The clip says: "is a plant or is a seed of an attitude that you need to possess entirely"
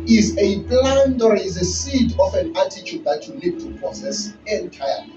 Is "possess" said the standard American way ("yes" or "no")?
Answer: no